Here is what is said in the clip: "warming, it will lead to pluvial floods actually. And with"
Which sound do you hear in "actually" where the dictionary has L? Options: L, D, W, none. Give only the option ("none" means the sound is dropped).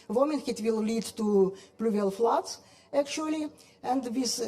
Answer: L